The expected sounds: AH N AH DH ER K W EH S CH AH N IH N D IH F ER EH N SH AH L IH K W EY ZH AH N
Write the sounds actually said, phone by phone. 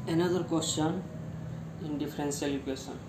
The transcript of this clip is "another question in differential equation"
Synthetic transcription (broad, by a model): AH N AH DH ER K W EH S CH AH N IH N D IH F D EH N S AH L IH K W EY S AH N